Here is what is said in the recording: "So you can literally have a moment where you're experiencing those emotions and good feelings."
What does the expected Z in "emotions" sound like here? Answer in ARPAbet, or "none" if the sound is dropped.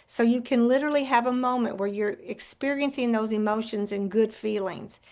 Z